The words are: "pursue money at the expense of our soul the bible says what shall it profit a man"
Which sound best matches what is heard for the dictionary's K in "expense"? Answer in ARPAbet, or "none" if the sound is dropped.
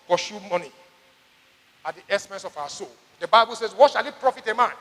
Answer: none